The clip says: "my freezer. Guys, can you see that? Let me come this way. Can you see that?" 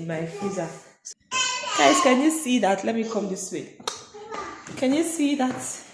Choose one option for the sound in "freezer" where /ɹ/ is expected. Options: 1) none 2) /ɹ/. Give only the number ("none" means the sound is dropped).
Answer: 1